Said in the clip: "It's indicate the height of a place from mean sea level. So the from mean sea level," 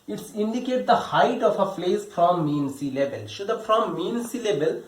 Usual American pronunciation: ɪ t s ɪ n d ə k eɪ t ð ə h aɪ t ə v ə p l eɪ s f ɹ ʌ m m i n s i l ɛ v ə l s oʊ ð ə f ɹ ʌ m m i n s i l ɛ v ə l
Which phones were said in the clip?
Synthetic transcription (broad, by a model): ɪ t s ɪ n d ə k eɪ t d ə h aɪ t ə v ə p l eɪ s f ɹ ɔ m m i n s i l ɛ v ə l ʃ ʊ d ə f ɹ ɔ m m i n s i l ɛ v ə l